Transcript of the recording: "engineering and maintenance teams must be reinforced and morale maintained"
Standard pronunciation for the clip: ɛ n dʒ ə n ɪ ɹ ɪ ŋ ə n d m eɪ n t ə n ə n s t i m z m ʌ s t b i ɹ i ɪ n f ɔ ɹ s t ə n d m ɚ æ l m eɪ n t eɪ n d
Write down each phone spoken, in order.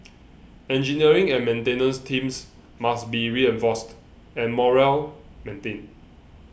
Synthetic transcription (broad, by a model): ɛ n dʒ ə n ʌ ɹ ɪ ŋ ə n m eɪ n t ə n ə n s t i m s m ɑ s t b i ɹ i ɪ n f ɔ s t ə n m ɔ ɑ l m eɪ n t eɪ n